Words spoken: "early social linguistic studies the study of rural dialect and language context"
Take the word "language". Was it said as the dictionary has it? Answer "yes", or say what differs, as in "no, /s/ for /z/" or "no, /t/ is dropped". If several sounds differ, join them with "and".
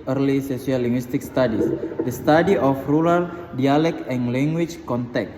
no, /tʃ/ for /dʒ/